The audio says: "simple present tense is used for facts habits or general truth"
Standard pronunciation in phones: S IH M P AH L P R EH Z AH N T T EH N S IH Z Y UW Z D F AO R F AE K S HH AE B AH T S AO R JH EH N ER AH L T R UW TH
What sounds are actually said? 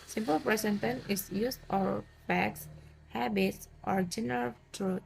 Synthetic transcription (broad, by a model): S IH M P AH L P R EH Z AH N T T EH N IH S Y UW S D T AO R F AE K S HH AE B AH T S AO R JH EH N ER AH L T R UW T